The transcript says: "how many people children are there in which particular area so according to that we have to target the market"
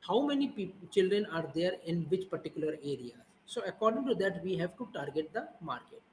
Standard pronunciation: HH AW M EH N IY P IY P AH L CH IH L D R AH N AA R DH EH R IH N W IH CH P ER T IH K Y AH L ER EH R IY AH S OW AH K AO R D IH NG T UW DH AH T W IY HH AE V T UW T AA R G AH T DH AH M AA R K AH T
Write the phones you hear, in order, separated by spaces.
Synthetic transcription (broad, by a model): HH AW M EH N IY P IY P CH IH L D R AH N AA R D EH R IH N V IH CH P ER T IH K Y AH L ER EH R IY AH S OW AH K AO R D IH NG T UW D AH T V IY HH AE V T UW T AA R G AH T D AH M AA R K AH T